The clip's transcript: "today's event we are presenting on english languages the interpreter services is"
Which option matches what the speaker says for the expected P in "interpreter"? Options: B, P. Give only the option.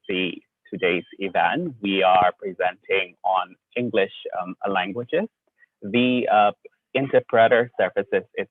P